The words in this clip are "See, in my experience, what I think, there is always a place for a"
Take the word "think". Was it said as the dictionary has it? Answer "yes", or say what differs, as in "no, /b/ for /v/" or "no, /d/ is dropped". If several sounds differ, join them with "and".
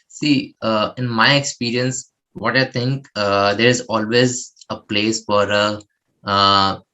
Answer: no, /t/ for /θ/